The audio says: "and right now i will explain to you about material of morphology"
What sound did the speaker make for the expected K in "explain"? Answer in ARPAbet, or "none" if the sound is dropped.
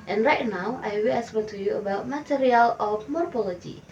none